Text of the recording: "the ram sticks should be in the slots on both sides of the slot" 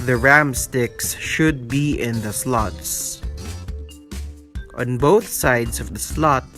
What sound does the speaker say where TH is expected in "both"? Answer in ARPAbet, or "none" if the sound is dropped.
TH